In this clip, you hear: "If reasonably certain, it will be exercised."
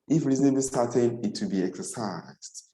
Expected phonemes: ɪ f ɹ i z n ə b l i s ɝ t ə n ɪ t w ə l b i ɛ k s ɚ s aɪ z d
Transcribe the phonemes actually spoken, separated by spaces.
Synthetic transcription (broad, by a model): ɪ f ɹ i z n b i s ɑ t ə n ɪ t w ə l b i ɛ k s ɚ s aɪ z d